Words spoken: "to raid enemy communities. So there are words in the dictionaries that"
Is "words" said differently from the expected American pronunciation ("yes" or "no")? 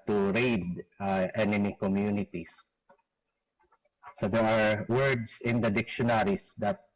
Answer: yes